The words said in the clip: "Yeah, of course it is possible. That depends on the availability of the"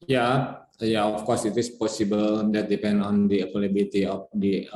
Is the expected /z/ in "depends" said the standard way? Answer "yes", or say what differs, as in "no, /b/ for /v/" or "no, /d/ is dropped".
no, /z/ is dropped